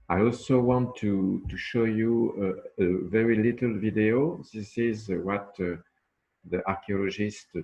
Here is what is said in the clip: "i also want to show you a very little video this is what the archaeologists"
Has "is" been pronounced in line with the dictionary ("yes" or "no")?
yes